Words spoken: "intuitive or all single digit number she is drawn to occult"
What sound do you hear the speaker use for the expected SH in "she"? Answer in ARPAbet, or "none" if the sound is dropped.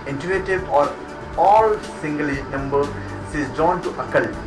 S